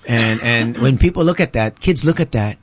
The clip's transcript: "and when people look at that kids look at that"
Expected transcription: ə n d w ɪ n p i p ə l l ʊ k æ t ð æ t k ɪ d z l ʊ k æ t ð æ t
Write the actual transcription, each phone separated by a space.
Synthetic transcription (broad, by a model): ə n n w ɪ n p i p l l ʊ k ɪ t ð æ t k ɪ d z l ʊ k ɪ t ð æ t